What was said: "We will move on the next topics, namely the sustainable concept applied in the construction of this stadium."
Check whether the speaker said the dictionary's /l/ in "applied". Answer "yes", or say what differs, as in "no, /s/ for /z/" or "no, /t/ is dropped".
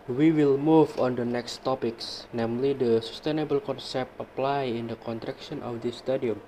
yes